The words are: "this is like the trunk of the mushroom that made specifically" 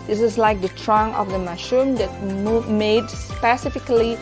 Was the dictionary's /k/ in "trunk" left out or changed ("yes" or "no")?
yes